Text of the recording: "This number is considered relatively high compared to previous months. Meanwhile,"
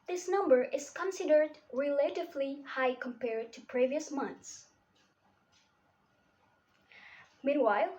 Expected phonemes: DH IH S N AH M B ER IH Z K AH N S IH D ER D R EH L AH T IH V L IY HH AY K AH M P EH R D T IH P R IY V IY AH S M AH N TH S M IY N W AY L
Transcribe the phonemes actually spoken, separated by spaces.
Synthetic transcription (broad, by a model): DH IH S N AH M B ER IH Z K AH N S IH D ER D R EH L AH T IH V L IY HH AY K AH M P EH R D T IH P R IY V IY AH S M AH N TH S M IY N W AY L